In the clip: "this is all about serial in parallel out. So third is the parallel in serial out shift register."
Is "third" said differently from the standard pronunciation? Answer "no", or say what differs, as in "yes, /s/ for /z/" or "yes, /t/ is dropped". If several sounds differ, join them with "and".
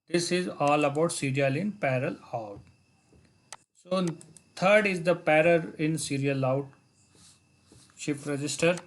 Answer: yes, /t/ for /θ/